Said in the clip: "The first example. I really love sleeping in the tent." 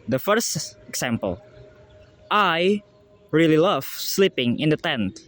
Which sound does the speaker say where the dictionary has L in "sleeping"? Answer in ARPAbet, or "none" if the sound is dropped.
L